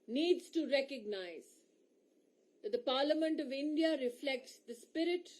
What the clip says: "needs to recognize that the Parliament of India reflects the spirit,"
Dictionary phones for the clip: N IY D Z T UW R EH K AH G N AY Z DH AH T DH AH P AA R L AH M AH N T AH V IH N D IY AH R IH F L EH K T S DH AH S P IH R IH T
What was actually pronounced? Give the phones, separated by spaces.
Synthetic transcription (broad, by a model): N IY D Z T UW R EH K AH G N AY Z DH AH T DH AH P AA R L AH M AH N T AH V IH N D IY AH R IH F L EH K T S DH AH S P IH R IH T